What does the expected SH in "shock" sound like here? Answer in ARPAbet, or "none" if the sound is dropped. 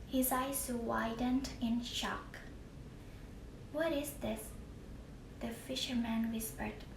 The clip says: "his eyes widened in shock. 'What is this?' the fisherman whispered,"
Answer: SH